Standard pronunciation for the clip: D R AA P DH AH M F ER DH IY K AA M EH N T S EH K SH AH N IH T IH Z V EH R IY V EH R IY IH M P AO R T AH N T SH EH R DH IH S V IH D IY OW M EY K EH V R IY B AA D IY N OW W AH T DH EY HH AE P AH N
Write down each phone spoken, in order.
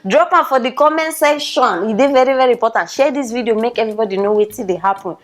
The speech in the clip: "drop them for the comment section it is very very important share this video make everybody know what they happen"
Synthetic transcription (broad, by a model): D R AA P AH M F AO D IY K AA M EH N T S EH SH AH N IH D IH V EH R IY V EH R IY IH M P AO T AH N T SH EH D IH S V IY D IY OW M EY K EH V R IY B AA D IY N OW W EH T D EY HH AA P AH N